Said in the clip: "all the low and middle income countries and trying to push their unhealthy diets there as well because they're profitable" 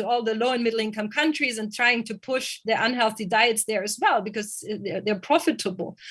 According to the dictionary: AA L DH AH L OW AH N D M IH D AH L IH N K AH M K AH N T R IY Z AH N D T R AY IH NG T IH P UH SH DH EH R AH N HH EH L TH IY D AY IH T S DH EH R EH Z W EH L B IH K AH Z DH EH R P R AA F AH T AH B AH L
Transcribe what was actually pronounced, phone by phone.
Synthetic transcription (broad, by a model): AA L DH AH L OW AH N M IH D L IH N K AH M K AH N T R IY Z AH N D T R AY IH NG T IH P UH SH DH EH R AH N HH EH L TH IY D AY IH T S DH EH R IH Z W EH L B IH K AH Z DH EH R P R AA F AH T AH B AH L